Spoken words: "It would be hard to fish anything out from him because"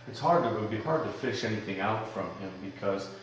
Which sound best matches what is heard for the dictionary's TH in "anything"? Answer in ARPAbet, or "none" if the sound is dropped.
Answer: TH